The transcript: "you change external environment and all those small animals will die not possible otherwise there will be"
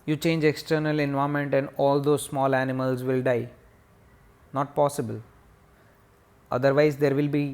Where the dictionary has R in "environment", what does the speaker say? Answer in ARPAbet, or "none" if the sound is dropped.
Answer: none